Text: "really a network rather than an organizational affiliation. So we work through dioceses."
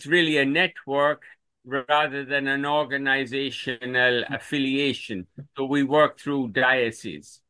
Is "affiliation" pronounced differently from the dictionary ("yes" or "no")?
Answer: no